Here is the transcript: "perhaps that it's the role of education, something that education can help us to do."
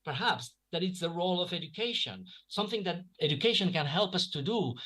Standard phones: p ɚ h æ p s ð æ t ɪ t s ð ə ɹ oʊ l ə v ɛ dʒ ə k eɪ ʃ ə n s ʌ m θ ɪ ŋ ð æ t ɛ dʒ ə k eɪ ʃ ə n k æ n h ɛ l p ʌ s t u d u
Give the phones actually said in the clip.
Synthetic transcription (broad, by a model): p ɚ h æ p s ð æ t ɪ t s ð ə ɹ oʊ l ə v ɛ dʒ ə k eɪ ʃ ə n s ʌ m θ ɪ ŋ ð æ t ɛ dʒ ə k eɪ ʃ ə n k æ n h ɛ l p ʌ s t u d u